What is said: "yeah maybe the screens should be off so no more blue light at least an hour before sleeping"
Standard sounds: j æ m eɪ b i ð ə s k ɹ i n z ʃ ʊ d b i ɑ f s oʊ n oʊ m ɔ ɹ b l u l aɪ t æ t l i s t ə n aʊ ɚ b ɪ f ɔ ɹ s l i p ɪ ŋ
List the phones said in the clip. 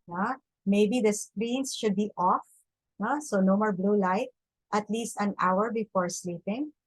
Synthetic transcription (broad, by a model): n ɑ m eɪ b i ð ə s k ɹ i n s ʃ ʊ d b i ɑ f s oʊ n oʊ m ɔ ɹ b l u l aɪ t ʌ t l i s t ə n aʊ ɚ b ɪ f ɔ ɹ s l i p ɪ ŋ